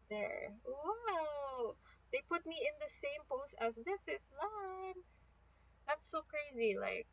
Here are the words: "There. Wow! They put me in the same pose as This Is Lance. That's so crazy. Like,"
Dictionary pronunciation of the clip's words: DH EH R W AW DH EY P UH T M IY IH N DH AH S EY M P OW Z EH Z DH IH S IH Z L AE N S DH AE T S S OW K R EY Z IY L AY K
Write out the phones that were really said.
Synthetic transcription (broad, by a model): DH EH R W AW DH EY P UH T M IY IH N DH AH S EY M P OW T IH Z DH IH S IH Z L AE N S DH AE T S S OW K R EY Z IY L AY K